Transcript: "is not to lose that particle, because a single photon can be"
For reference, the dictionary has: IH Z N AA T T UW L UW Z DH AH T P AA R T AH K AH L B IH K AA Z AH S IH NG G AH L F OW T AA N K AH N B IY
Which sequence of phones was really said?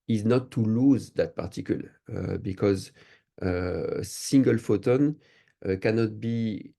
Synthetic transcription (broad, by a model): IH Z N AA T T UW L UW Z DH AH T P AA R T AH K AH L B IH K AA Z AH S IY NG G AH L F OW T AA N K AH N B IY